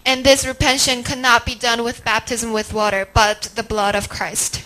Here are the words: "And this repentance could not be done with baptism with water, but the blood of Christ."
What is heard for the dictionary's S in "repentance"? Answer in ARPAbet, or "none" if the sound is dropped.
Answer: none